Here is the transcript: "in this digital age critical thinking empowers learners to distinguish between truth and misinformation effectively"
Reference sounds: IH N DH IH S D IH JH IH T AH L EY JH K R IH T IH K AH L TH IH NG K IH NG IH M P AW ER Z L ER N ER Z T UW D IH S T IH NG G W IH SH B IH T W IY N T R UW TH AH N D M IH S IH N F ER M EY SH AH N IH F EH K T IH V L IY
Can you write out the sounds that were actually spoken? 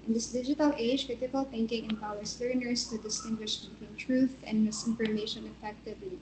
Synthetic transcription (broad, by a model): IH N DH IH S D IH JH IH T AH L EY JH K R IH T IH K AH L TH IH NG K IH NG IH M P AW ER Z L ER N ER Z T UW D IH S T IH NG G W IH SH B IH T W IY N T R UW TH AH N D M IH S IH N F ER M EY SH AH N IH F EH K T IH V L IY